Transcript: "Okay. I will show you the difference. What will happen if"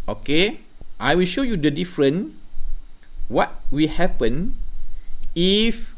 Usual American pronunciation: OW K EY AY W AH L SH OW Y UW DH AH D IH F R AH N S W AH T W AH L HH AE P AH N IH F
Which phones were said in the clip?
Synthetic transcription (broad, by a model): OW K EY AY W AH L SH OW Y UW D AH D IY F R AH N W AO T W AH L HH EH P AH N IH F